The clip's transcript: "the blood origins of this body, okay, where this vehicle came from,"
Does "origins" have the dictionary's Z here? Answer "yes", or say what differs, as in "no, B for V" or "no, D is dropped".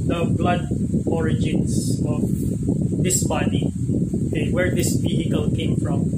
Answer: no, S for Z